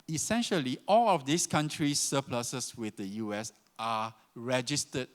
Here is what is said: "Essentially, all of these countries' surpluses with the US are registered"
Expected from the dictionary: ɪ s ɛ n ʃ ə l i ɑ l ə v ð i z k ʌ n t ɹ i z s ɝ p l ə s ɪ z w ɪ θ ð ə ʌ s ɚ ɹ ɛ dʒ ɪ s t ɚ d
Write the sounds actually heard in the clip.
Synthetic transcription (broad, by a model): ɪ s ɛ n ʃ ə l i ɑ l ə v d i s k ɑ n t ɹ i s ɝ p l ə s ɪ s w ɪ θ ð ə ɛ s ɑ ɹ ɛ dʒ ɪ s t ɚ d